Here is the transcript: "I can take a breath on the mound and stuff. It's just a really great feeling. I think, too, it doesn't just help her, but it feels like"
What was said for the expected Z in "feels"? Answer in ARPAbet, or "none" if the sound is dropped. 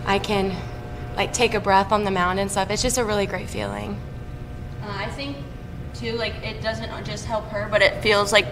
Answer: Z